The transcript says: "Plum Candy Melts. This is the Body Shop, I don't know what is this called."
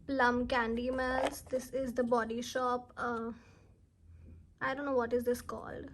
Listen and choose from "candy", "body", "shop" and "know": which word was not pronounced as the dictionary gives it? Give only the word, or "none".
none